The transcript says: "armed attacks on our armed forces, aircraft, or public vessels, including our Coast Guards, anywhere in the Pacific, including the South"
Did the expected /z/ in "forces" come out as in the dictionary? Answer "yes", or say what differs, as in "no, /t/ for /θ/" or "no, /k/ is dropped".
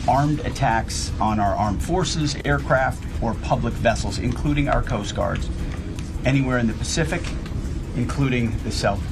yes